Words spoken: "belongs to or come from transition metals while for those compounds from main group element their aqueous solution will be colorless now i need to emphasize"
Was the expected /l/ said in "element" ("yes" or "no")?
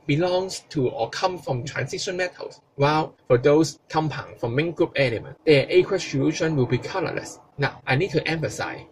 no